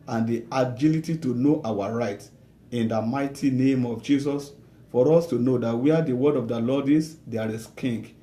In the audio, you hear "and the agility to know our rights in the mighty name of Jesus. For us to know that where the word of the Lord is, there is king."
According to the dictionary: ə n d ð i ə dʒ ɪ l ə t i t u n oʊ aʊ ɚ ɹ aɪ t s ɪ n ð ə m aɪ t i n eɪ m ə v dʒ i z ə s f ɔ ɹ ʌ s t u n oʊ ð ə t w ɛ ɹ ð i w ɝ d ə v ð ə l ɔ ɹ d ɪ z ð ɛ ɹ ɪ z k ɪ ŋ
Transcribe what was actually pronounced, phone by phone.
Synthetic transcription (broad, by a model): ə n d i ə dʒ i l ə t i t u n oʊ aʊ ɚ ɹ aɪ t ɪ n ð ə m aɪ t i n eɪ m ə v dʒ i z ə s f ɔ ɹ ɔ s t u n oʊ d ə t w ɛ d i w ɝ d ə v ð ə l ɔ d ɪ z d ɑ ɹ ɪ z k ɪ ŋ